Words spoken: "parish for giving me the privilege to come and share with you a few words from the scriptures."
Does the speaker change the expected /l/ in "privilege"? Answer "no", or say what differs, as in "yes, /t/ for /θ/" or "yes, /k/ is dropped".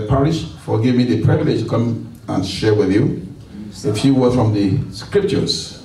no